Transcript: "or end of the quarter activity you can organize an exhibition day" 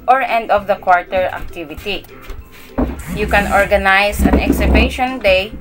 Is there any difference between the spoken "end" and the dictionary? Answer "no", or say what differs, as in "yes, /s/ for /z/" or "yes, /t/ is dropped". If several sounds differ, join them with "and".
no